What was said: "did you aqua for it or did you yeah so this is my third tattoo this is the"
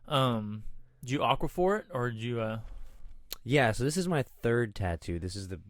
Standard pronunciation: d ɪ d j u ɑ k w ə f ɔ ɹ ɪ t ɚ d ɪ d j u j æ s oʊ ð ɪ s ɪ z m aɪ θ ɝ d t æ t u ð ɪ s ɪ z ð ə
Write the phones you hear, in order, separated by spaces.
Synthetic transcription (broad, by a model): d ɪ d j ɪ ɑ k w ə f ɔ ɹ ɪ t ɚ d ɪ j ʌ j æ s oʊ ð ɪ s ɪ z m aɪ θ ɝ d t æ t u ð ɪ s ɪ z ð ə